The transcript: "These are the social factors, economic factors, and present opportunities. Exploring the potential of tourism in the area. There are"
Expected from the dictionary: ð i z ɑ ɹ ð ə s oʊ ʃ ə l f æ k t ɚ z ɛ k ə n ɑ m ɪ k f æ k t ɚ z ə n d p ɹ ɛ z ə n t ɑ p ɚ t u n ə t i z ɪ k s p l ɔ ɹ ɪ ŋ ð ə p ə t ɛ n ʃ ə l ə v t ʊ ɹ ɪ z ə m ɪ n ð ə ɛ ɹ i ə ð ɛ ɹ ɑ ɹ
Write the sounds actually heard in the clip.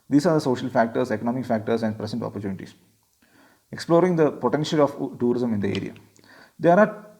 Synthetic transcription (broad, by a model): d i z ɑ ɹ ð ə s oʊ ʃ ə l f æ k t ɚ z ɛ k ə n ɑ m ɪ k f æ k t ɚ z ə n d p ɹ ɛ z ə n t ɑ p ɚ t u n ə t i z ɪ k s p l ɔ ɹ ɪ ŋ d ə p ə t ɛ n ʃ ə l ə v t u ɹ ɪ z ə m ɪ n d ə ɛ ɹ i ə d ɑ ɹ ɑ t